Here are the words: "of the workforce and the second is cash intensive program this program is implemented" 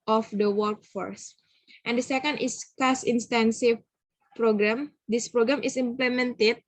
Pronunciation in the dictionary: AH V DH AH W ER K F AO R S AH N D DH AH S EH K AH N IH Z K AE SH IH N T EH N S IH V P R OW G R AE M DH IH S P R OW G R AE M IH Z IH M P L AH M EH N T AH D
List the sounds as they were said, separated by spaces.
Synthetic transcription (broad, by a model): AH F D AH W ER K F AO R S AH N D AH S EH K AH N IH S K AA S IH N T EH N S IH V P R OW G R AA M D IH S P R OW G R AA M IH S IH M P L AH M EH N T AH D